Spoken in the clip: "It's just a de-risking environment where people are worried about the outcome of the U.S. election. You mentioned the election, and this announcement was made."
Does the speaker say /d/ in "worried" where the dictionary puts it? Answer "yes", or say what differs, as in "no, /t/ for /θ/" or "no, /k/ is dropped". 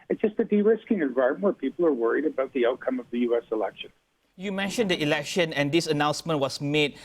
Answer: yes